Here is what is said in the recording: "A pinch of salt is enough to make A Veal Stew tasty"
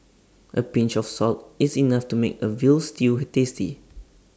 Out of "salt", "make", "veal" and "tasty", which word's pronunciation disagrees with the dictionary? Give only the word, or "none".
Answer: none